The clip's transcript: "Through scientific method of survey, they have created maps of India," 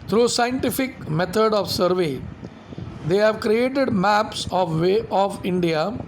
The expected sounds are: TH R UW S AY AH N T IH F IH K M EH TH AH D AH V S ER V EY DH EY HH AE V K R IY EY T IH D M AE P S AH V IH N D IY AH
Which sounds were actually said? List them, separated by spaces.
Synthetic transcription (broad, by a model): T R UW S AY AH N T IH F IH K M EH T AH D AH V S ER V EY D EY HH AE V K R IY EY T IH D M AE P S AH V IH N D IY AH